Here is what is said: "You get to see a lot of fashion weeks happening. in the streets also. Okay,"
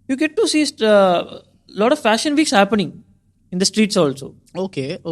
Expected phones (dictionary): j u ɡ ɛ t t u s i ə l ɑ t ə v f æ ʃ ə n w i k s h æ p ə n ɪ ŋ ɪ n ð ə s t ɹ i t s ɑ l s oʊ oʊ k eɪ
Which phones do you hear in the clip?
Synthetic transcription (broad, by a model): j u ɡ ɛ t t u s i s l ɑ t ə v f æ ʃ ə n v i k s h æ p ə n ɪ ŋ ɪ n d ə s t ɹ i t s ɑ l s oʊ oʊ k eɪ